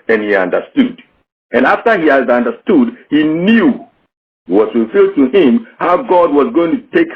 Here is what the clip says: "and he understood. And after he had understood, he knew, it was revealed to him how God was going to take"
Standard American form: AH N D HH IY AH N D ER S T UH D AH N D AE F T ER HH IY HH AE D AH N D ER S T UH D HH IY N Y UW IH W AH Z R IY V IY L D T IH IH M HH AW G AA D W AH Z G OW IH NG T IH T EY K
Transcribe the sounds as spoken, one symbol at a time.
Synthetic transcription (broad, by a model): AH N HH IY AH N D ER S T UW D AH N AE F T ER HH IY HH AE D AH N D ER S T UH D HH IY N Y UW IH W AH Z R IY F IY L D T IH IH M HH AW G AA D W AH Z G OW IH NG T IH T EY K